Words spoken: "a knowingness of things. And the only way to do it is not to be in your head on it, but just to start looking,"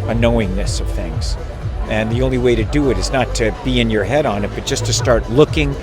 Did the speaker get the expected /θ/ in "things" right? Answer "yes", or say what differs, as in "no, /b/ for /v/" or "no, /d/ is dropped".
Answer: yes